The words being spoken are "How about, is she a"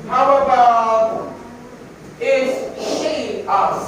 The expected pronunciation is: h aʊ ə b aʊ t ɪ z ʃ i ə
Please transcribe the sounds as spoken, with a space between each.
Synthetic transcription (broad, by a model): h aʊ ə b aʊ ɪ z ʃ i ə